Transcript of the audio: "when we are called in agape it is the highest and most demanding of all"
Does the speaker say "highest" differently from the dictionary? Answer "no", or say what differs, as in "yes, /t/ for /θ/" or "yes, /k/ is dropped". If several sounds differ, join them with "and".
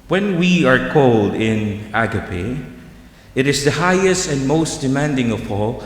no